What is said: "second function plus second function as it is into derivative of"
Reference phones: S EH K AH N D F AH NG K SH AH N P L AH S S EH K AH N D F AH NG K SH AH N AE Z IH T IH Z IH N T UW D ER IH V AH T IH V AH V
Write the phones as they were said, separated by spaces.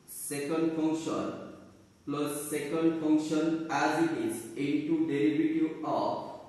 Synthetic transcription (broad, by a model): S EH K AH N D F AH NG K SH AH N P L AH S S EH K AH N D F AH NG K SH AH N AE Z IH T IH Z IH N T UW D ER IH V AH T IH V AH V